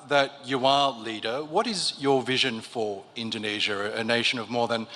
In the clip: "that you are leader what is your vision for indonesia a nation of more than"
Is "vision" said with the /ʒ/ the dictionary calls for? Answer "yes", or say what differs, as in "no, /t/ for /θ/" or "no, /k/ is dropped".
yes